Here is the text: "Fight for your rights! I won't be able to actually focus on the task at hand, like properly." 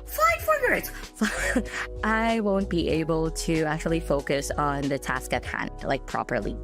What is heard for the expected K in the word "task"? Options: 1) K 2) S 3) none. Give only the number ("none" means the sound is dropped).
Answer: 1